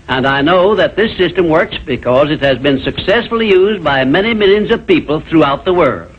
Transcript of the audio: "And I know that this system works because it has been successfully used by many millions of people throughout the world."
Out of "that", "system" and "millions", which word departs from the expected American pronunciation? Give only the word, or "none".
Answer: none